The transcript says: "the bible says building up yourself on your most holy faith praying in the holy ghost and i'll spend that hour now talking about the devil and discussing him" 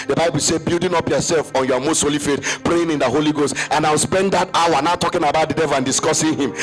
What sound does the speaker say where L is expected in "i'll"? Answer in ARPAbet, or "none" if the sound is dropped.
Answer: W